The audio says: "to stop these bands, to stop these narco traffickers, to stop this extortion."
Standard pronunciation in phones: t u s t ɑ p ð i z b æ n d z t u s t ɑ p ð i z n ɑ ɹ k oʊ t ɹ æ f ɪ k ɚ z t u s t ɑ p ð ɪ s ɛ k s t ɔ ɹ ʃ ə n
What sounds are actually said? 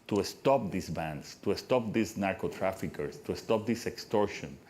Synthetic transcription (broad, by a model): t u s t ɑ p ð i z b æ n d s t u s t ɑ p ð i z n ɑ ɹ k oʊ t ɹ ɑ f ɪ k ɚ s t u s t ɑ p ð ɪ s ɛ k s t ɔ ɹ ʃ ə n